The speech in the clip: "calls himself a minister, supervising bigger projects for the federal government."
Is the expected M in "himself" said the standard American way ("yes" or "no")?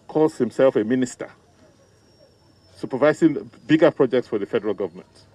yes